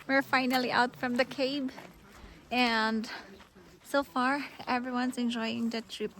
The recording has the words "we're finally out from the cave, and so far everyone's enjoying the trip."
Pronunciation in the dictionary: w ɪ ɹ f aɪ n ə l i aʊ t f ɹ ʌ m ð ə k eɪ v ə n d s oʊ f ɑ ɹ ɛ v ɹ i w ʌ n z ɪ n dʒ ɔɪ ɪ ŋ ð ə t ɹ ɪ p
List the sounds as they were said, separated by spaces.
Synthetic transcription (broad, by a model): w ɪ ɹ f aɪ n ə l i aʊ t f ɹ ʌ m ð ə k eɪ b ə n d s oʊ f ɑ ɹ ɛ v ɹ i w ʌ n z ɪ n dʒ ɔɪ ɪ ŋ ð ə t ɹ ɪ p